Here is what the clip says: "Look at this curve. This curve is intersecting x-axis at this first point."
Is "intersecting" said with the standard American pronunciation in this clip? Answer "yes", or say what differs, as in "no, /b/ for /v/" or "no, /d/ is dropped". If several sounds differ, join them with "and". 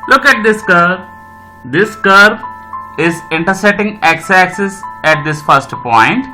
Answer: no, /k/ is dropped